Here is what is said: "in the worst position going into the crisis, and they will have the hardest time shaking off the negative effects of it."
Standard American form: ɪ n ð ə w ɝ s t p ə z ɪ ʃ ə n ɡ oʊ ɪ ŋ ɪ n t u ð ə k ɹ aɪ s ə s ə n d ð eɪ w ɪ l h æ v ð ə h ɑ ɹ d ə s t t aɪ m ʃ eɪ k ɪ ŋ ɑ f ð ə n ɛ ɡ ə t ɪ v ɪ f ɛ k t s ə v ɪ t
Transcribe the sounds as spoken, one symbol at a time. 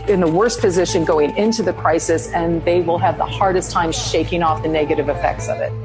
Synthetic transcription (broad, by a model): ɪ n ð ə w ɝ s p ə z ɪ ʃ ə n ɡ oʊ ɪ ŋ ɪ n t u ð ə k ɹ aɪ s ə s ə n ð eɪ w ɪ l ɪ v ð ə h ɑ ɹ d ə s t t aɪ m ʃ eɪ k ɪ ŋ ɑ f ð ə n ɛ ɡ ə t ɪ v ɪ f ɛ k t s ə v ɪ t